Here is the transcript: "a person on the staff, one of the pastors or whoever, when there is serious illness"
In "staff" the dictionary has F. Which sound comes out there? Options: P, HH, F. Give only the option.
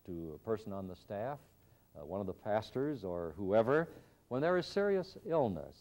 F